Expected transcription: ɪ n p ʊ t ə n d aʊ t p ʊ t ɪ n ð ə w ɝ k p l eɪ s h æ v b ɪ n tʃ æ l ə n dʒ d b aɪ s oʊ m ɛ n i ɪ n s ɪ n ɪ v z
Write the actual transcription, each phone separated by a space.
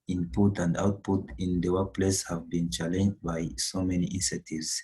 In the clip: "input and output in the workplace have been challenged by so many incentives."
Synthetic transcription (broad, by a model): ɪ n p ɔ t ə n d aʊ t p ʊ t ɪ n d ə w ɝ p l eɪ s h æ v b ɪ n tʃ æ l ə n dʒ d b aɪ s oʊ m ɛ n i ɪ n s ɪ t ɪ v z